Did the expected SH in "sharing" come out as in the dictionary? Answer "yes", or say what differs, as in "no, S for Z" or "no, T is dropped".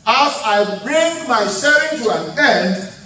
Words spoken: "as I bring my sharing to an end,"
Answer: no, S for SH